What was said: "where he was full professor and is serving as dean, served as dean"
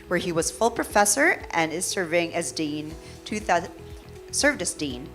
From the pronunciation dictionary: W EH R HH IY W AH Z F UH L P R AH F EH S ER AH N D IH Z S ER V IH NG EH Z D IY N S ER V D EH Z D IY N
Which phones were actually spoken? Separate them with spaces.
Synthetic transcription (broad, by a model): W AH R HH IY W AH Z F UH L P R AH F EH S ER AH N IH Z S ER V IH NG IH Z D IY N S ER V D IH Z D IY N